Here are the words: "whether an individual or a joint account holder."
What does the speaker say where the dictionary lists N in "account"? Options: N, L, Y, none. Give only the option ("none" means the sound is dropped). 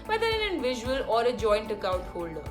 none